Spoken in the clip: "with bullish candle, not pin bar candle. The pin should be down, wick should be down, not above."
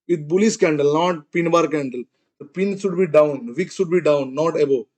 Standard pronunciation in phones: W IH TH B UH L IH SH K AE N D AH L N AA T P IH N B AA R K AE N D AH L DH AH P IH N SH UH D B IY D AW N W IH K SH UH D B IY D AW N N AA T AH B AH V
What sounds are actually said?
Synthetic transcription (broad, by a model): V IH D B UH L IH S K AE N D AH L N AA T P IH N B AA R K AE N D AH L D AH P IH N SH UH D B IY D AW N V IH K S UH D B IY D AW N N AA T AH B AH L